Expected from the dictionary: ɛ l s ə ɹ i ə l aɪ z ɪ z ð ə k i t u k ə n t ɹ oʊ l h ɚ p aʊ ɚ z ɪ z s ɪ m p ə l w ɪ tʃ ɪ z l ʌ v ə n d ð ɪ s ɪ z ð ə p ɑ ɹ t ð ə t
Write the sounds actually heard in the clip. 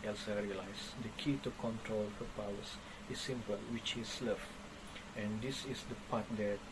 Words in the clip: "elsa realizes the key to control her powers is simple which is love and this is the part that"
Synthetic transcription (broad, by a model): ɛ l s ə ɹ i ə l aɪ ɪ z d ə k i t u k ə n t ɹ oʊ l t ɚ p aʊ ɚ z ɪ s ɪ m p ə l w ɪ tʃ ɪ s l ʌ f ə n d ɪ s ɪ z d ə p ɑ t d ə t